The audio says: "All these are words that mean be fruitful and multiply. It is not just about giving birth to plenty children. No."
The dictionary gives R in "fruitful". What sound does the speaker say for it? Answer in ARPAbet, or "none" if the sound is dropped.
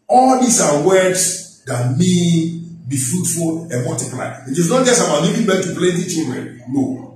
R